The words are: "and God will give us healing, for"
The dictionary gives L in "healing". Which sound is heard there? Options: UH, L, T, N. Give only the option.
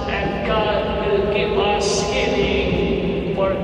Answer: N